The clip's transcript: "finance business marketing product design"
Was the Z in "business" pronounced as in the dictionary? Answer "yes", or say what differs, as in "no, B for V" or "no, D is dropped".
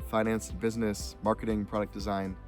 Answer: yes